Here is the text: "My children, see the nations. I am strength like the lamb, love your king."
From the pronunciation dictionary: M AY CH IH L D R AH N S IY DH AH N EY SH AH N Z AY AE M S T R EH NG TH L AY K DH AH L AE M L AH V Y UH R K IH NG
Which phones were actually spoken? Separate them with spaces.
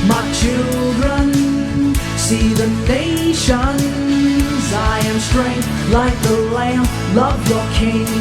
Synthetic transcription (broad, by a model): M AY CH IH L D R AH N S IY DH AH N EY SH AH N Z AY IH M S T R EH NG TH L AY K DH AH L AE M L AH V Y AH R K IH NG